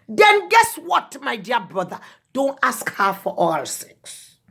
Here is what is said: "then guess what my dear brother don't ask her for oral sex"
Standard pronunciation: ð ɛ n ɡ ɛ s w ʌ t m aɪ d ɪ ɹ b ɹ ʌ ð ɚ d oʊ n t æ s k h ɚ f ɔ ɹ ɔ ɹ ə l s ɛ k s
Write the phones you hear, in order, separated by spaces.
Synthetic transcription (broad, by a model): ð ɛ n ɡ ɛ s w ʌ t m aɪ d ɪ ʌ b ɹ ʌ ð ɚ d oʊ n t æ s k h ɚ f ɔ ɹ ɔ ə s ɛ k s